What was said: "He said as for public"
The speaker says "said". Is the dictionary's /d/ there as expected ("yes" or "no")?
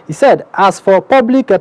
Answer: yes